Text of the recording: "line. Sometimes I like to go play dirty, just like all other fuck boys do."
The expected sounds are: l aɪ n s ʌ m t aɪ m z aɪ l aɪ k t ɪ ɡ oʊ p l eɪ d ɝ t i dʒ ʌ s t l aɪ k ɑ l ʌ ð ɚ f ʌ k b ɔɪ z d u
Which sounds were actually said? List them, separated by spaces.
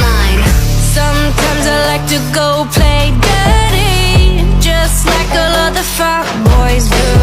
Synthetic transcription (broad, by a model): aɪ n s ʌ m t aɪ m z aɪ l aɪ k t ɪ ɡ oʊ p l eɪ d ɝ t i dʒ ʌ s t l aɪ k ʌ l ʌ ð ɚ f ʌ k b ɔɪ z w